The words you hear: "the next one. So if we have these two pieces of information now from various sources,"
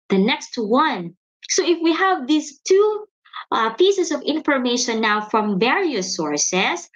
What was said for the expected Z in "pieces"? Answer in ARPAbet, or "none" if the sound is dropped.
S